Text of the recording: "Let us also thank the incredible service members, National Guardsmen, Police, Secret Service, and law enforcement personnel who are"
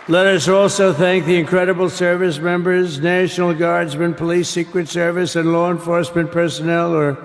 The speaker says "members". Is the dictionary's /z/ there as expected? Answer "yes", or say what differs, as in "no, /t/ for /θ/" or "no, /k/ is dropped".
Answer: yes